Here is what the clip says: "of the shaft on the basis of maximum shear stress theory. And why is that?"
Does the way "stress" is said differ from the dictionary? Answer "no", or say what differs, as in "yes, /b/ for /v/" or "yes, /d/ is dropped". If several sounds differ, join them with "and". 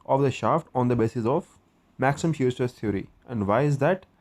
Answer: yes, /ɹ/ is dropped